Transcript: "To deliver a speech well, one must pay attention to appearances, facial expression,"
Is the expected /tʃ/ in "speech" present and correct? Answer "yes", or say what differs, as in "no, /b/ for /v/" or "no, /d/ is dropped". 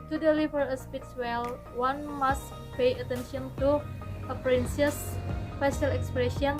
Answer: no, /s/ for /tʃ/